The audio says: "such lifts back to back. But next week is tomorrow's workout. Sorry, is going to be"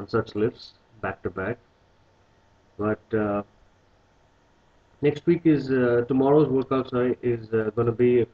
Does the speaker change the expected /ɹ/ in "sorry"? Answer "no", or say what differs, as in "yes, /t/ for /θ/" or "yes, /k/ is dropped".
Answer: yes, /ɹ/ is dropped